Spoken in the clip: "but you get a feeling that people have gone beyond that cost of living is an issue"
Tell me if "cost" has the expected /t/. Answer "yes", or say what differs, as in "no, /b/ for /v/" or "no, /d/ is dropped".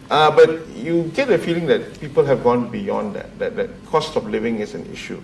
yes